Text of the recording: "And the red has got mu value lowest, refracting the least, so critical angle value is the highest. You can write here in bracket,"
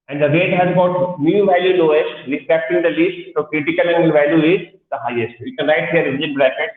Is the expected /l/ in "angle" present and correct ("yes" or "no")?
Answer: no